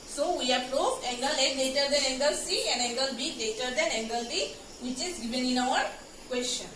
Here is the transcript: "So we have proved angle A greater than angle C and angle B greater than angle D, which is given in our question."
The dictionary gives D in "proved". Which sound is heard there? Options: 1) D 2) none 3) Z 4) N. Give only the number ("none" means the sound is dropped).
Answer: 2